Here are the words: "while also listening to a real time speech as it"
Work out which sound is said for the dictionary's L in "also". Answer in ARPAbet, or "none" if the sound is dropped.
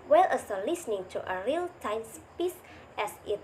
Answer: none